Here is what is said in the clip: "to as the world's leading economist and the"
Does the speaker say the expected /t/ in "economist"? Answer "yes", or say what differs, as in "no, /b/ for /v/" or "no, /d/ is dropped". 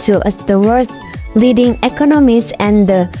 no, /t/ is dropped